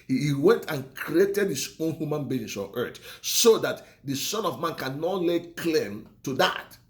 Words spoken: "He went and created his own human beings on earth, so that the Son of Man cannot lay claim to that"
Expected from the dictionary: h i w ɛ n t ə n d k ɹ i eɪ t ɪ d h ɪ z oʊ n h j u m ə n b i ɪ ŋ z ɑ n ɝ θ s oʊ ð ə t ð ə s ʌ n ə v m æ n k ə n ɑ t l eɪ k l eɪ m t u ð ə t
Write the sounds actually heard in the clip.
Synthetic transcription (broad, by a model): h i w ɛ n t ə n k ɹ i eɪ t ɪ d h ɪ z oʊ n h j u m ə n b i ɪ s ɑ n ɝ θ s oʊ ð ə t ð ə s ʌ n ə v m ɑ n k ə n ɑ t l eɪ k l eɪ m t u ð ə t